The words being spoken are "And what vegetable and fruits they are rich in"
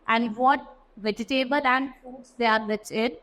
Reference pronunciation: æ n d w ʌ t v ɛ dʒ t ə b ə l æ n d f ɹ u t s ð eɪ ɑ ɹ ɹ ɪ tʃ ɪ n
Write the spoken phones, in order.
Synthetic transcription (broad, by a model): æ n d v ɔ t v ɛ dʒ t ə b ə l æ n d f u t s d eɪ ɑ ɹ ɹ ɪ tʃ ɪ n